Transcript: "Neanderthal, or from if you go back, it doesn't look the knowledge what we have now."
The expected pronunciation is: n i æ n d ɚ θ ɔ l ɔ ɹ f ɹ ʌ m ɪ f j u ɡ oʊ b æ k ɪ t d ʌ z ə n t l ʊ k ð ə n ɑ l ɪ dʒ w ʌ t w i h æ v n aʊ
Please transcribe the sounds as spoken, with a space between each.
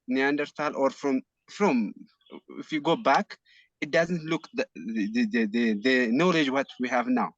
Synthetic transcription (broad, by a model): n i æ n d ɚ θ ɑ l ɔ ɹ f ɹ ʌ m ɪ f j u ɡ oʊ b æ k ɪ t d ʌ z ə n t l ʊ k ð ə n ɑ l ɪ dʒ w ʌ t w i h æ v n aʊ